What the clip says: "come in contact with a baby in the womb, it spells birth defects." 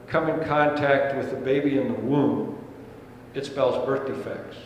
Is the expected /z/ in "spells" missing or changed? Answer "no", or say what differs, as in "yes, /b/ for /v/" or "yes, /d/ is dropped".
no